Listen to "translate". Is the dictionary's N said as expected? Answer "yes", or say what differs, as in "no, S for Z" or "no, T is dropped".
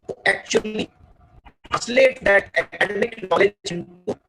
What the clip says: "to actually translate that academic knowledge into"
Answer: no, N is dropped